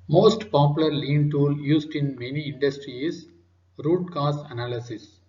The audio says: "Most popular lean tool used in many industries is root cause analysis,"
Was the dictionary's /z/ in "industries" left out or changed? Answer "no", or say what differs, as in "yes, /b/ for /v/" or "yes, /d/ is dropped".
yes, /z/ is dropped